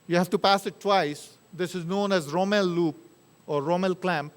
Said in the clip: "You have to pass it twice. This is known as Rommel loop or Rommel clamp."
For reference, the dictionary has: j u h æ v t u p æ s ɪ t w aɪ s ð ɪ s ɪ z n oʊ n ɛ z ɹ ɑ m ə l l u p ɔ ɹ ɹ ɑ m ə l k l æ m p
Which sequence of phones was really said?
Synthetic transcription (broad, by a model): j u h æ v t u p æ s ɪ t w aɪ s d ɪ s ɪ z n oʊ n ɛ z ɹ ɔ m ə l l u p ɔ ɹ ɹ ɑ m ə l k l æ m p